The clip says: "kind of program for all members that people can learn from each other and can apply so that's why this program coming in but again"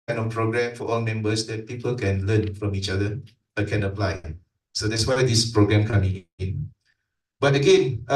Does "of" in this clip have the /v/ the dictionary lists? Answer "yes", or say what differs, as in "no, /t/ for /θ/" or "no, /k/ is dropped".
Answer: no, /f/ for /v/